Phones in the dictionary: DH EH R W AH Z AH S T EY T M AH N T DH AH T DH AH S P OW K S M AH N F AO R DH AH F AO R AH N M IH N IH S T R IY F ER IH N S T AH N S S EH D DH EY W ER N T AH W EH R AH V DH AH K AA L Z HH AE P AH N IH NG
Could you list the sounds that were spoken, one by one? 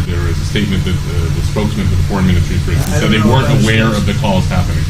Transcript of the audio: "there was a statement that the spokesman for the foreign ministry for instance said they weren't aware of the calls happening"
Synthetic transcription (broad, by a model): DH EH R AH Z AH S T EY T M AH N DH AH T DH AH S P OW K S M AH N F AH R DH AH F AO R AH N M IH N IH S T R IY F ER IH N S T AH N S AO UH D DH EY W ER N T AH W EH R AH V DH AH K AA Z HH AE P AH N IH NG